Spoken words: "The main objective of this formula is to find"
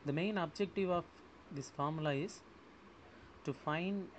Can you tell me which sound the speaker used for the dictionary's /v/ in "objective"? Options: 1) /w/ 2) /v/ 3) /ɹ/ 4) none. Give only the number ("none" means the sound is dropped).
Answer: 2